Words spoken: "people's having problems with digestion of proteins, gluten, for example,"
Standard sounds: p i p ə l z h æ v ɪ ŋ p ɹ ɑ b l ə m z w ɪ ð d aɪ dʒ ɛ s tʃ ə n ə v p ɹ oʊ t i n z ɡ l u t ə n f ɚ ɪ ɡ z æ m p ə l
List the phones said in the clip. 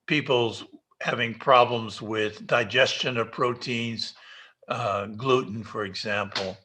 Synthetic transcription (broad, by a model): p i p l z h æ v ɪ ŋ p ɹ ɑ b l ə m z w ɪ ð d aɪ dʒ ɛ s tʃ ə n ə v p ɹ oʊ t i n z ɡ l u t n f ɚ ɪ ɡ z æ m p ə l